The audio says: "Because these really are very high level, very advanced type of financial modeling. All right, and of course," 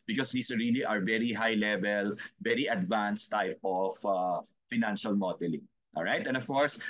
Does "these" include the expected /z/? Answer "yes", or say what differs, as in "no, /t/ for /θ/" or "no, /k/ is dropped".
no, /s/ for /z/